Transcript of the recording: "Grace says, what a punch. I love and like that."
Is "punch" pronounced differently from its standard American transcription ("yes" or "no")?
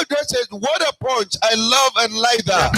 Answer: yes